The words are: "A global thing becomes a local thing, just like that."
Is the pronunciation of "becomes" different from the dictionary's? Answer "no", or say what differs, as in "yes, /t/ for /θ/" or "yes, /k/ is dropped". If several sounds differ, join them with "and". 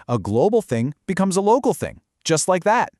no